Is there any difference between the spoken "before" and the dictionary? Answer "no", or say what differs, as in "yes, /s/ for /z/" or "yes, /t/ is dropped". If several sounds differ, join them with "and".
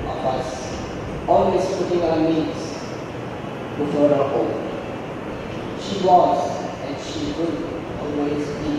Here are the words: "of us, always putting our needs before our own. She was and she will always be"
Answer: yes, /f/ is dropped